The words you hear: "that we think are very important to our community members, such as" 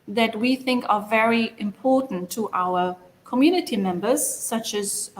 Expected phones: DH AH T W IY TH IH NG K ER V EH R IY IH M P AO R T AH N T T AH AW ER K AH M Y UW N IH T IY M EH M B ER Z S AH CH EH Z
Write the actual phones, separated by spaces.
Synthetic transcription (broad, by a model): DH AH T W IY TH IH NG K ER V EH R IY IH M P AO R T N T T AH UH ER K AH M Y UW N IH T IY M EH M B ER Z S AH CH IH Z